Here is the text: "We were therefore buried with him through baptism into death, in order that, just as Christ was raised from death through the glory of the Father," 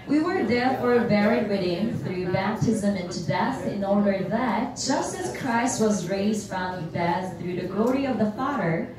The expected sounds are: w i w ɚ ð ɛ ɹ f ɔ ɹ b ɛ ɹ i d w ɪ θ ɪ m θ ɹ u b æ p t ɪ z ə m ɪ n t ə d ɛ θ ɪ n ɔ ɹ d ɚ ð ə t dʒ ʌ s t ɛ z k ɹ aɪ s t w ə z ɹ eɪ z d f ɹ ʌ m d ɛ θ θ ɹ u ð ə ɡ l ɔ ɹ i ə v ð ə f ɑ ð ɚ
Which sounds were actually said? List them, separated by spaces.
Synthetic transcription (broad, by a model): w i w ɚ ð ɛ ɹ f ɔ ɹ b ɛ ɹ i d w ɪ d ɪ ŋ θ ɹ u b æ p t ɪ z ə m ɪ n t ə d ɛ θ ɪ n ɔ ɹ d ɚ ð ə t dʒ ʌ s t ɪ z k ɹ aɪ s t w ə z ɹ eɪ z d f ɹ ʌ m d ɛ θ θ ɹ u ð ə ɡ l ɔ ɹ i ə v ð ə f ɑ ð ɚ